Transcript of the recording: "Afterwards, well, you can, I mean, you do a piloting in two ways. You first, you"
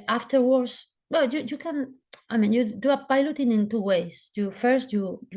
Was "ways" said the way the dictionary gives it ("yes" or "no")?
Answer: no